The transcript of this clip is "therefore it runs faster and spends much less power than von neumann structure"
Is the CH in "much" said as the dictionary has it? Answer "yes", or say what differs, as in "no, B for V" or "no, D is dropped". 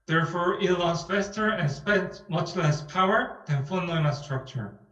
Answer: yes